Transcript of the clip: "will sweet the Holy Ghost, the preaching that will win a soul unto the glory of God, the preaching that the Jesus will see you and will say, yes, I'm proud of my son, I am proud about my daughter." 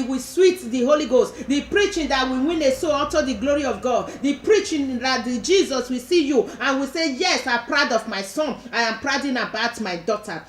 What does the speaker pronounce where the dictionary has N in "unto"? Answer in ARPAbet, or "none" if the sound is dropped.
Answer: none